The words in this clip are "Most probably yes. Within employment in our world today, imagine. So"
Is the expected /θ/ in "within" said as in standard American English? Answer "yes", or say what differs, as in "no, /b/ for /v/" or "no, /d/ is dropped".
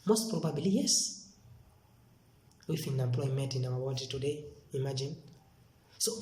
no, /f/ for /θ/